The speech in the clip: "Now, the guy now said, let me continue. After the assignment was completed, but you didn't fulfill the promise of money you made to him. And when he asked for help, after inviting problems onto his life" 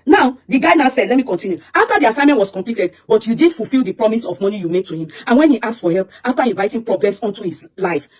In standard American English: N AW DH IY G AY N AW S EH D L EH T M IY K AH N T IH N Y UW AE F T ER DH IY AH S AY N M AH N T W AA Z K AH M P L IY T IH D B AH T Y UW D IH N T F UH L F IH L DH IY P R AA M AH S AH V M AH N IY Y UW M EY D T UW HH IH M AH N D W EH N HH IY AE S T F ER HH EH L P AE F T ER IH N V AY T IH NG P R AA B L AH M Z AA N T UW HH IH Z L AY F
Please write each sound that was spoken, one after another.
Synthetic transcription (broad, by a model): N AW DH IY G AY N AW S EH D L EH T M IY K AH N T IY N Y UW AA F T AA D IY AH S AY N M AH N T W AA S K AH M P L IY T IH D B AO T Y UW D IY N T F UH L F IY L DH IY P R AA M AH S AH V M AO N IY Y UW M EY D T UW HH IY M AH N W EH N HH IY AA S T F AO HH EH L P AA F T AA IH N V AY T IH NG P R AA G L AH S AA N T UW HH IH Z L AY F